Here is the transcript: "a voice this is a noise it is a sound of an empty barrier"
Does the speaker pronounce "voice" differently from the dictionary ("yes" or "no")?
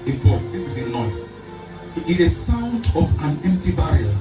yes